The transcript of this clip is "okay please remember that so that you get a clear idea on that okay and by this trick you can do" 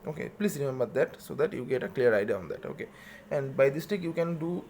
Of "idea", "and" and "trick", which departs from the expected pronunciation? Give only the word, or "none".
trick